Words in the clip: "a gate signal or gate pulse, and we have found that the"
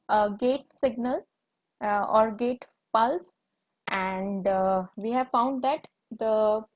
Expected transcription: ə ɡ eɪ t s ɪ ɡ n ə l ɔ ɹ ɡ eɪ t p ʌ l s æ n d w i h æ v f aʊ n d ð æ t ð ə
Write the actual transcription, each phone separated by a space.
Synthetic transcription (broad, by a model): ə ɡ eɪ t s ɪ ɡ n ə l ɔ ɹ ɡ eɪ t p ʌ l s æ n d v i h æ v f aʊ n d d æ t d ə